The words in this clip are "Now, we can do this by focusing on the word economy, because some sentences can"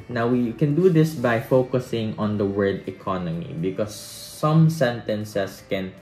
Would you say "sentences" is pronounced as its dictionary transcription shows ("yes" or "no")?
no